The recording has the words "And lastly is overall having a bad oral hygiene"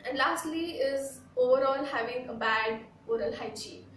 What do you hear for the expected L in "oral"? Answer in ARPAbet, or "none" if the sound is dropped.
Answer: L